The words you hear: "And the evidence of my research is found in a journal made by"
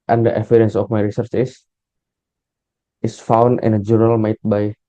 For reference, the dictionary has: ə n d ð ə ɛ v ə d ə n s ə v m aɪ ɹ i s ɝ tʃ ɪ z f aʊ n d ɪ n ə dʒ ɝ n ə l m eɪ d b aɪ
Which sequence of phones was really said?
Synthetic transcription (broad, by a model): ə n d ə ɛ f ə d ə n s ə f m aɪ ɹ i s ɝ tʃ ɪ s f aʊ n d ɪ n ə dʒ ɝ n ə l m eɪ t b aɪ